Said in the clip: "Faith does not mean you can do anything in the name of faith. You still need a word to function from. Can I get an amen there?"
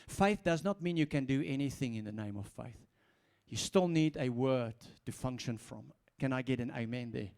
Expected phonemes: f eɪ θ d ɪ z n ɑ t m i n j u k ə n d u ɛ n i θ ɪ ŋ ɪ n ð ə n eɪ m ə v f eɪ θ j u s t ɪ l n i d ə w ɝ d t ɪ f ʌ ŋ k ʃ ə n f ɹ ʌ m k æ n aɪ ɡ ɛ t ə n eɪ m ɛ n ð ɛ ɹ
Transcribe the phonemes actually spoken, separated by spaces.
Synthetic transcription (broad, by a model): f eɪ θ d ɪ z n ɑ t m i n j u k ə n d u ɛ n i θ ɪ ŋ ɪ n ð ə n eɪ m ə v f eɪ θ j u s t ɪ l n i d ə w ɝ d t ɪ f ʌ ŋ k ʃ ə n f ɹ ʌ m k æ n aɪ ɡ ɛ t ə n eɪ m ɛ n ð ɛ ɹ